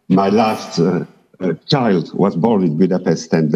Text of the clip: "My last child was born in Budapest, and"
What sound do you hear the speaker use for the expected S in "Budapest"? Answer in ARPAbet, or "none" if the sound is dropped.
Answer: S